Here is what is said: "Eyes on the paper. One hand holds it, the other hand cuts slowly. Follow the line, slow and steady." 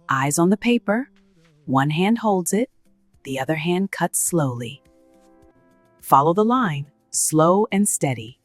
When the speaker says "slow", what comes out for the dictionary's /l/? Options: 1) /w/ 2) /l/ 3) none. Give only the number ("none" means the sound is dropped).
2